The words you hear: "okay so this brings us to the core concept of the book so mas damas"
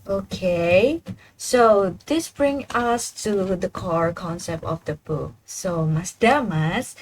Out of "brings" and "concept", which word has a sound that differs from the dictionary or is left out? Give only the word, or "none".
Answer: brings